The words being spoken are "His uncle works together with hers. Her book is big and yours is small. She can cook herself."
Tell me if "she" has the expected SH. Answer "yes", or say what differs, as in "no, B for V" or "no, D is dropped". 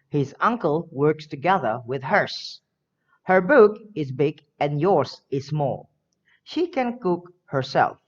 yes